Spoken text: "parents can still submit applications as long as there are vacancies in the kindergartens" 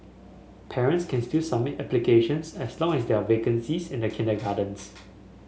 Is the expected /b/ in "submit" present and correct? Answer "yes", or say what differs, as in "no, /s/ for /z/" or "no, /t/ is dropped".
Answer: no, /b/ is dropped